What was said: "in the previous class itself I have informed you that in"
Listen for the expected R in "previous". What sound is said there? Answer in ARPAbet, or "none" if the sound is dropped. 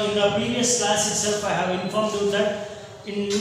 none